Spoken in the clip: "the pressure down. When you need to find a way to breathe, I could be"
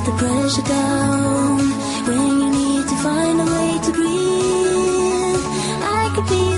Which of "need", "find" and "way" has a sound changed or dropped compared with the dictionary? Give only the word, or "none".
none